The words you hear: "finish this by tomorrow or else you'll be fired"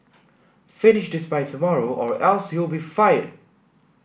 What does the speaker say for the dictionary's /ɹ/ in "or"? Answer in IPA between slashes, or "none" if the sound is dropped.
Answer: /ɹ/